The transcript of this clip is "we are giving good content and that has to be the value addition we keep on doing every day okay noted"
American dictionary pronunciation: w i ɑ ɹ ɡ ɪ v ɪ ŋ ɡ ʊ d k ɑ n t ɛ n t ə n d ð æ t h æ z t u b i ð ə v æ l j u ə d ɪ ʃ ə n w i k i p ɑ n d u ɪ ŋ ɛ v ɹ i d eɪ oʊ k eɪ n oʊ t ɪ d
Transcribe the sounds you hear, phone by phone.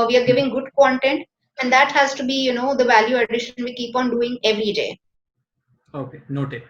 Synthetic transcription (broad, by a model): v i ɑ ɹ ɡ ɪ v ɪ ŋ ɡ ʊ d k ɑ n t ɛ n t ə n d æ t h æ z t u b i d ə v æ l j u ə d ɪ ʃ ə n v i k i p ɑ n d u ɪ ŋ ɛ v ɹ i d eɪ oʊ k eɪ n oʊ t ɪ